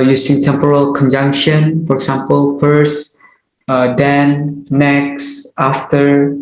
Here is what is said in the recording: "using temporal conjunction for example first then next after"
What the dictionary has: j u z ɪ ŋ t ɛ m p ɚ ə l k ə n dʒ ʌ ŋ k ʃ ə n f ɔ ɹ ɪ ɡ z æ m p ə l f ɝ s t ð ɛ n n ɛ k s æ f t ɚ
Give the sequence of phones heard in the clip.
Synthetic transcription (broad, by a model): j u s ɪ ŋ t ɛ m p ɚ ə l k ə n dʒ ʌ ŋ k ʃ ə n f ɔ ɹ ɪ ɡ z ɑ m p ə l f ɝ s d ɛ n n ɛ k s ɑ f t ɚ